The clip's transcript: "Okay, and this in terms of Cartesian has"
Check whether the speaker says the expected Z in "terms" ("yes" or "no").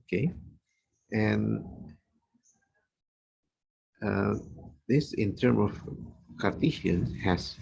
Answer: no